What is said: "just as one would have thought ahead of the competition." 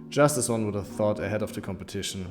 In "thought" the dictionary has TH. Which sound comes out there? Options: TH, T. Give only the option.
TH